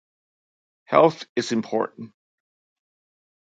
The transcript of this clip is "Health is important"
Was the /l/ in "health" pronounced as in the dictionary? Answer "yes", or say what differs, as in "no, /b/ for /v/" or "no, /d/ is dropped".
yes